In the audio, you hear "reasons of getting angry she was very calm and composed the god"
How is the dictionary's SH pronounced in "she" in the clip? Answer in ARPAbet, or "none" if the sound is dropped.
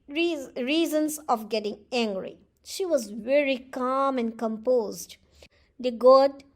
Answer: SH